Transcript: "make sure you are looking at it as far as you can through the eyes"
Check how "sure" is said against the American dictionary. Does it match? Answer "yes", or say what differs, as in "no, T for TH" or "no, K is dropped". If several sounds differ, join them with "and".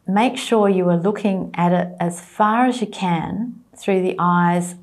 yes